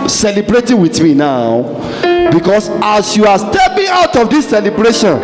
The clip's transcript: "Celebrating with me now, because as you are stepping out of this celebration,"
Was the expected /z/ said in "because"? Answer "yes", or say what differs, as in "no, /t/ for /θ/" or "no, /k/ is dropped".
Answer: no, /s/ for /z/